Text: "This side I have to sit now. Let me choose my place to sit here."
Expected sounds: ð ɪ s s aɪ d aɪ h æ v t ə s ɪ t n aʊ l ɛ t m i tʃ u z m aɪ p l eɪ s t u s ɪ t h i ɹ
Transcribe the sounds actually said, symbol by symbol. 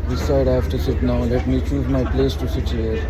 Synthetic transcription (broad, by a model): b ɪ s s aɪ d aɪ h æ f t ə s ɪ t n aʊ l ɛ t m i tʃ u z m aɪ p l eɪ s t u s ɪ t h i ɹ